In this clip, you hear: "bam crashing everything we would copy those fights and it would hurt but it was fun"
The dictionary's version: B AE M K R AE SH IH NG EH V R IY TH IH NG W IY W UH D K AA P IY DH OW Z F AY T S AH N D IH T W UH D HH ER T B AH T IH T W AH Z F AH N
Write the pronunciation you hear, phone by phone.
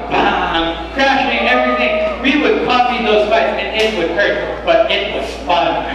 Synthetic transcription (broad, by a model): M K R AE SH IH NG EH V R IY TH IH NG W IY W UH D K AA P IY DH OW Z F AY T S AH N IH T W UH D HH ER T B AH T IH T W AH Z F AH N